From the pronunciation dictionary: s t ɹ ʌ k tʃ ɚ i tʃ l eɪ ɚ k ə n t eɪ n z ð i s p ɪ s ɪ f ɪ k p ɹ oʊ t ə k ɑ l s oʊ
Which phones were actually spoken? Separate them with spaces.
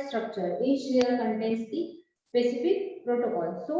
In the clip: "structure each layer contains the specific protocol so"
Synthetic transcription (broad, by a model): s t ɹ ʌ k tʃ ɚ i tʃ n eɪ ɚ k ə n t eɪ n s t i s p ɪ s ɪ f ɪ k p ɹ oʊ t ə k ɑ l s oʊ